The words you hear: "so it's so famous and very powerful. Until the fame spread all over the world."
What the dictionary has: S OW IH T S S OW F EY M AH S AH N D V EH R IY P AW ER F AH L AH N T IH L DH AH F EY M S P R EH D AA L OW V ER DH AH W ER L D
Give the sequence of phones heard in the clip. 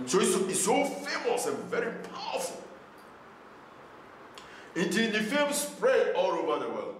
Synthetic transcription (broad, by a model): S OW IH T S S OW F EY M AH S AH N V EH R IY P AW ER F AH L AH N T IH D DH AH F EY M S P R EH AA L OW V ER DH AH W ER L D